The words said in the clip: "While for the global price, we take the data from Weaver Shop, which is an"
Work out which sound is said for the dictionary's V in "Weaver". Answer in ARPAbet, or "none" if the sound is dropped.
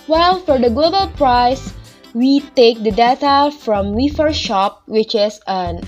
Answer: F